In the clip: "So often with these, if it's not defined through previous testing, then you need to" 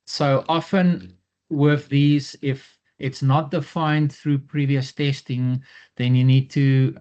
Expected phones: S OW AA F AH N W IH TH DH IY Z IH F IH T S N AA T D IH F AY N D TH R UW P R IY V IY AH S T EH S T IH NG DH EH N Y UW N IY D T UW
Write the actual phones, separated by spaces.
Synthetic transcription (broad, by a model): S OW AA F AH N W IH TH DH IY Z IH F IH T S N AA T D IH F AY N D TH R UW P R IY V IY AH S T EH S T IH NG DH EH N Y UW N IY D T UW